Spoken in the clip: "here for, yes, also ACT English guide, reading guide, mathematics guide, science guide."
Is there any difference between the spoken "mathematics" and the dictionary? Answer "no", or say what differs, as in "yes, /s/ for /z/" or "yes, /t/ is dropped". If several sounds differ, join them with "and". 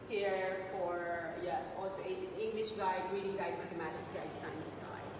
yes, /k/ is dropped